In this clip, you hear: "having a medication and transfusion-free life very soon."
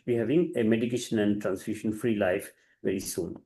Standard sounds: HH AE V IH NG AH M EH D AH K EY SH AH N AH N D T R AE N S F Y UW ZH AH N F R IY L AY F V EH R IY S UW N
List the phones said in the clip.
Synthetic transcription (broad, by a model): HH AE V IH NG AH M EH D AH K EY SH AH N AH N D T R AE N S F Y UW SH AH N F R IY L AY F V EH R IY S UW N